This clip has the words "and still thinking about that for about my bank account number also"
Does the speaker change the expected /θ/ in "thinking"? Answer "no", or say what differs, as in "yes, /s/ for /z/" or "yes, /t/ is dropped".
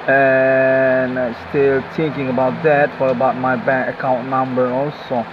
yes, /t/ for /θ/